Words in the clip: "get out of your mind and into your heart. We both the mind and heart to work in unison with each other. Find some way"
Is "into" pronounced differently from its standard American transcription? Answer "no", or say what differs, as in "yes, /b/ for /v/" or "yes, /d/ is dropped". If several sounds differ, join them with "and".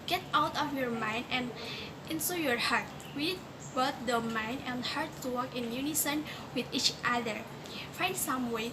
yes, /s/ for /t/